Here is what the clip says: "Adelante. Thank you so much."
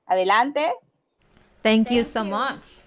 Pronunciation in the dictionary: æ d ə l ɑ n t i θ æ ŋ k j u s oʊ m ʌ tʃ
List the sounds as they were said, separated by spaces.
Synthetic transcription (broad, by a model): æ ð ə l ɑ n t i t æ ŋ k j u s oʊ m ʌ tʃ